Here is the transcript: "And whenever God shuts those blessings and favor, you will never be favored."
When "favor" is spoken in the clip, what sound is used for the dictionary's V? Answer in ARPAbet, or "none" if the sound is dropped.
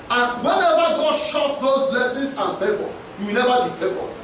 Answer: B